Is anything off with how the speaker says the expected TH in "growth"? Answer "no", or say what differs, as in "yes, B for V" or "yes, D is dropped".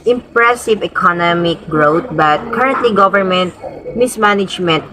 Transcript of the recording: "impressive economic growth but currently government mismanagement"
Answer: yes, T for TH